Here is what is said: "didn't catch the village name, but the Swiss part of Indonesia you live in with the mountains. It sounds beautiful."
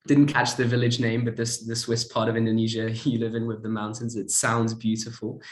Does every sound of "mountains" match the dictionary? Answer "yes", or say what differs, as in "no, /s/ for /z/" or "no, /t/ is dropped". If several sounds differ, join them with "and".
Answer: yes